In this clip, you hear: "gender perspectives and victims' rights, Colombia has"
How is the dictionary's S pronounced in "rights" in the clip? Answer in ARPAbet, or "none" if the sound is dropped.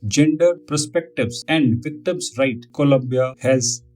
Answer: none